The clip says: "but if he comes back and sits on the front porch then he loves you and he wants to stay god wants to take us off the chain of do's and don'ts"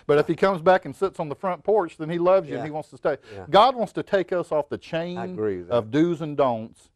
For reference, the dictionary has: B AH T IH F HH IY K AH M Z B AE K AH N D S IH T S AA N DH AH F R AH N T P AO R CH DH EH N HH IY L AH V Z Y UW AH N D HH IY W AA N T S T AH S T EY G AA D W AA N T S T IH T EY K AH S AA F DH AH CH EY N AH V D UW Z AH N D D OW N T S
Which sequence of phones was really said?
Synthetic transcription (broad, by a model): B AH T IH F HH IY K AH M Z B AE K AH N S IH T S N DH AH F R AH N P AO R CH DH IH N IY L AH V Z Y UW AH N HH IY W AA N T S T AH S T EY G AA D W AA N T S T IH T EY K AH S AA F DH AH CH EY N AH V D UW Z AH N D D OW N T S